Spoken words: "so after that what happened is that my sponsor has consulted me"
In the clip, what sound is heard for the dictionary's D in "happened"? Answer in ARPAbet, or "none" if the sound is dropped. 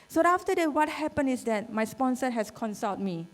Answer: none